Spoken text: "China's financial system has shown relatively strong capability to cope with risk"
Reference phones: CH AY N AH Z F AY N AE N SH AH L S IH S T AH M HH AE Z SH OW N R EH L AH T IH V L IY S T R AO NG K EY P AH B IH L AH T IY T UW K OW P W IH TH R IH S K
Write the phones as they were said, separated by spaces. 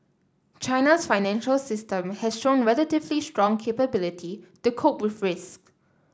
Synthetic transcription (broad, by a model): CH AY N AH S F AY N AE N SH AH L S IH S T AH M HH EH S SH OW N R EH L AH T IH V L IY S T R AO NG K EY P AH B IH L AH T IY T UW K OW P W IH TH R IH S K